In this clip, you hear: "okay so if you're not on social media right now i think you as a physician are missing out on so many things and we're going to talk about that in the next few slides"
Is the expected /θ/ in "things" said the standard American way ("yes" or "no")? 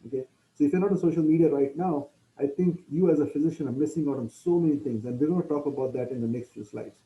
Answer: no